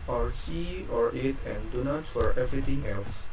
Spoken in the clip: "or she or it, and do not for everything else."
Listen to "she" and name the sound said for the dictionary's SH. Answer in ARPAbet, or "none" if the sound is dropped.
S